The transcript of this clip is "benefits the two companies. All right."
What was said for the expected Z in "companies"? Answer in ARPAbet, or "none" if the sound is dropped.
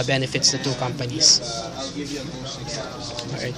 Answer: S